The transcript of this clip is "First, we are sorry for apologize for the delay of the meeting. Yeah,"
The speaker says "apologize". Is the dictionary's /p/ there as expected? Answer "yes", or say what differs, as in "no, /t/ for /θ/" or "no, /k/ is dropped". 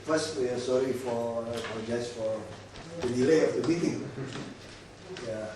no, /f/ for /p/